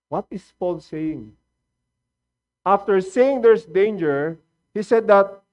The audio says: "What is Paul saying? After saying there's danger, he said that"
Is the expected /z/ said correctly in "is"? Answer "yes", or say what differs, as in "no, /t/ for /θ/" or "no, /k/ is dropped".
no, /s/ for /z/